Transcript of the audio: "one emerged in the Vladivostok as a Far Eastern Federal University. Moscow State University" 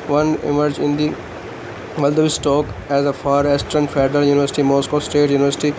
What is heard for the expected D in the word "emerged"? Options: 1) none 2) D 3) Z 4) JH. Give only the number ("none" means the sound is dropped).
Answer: 1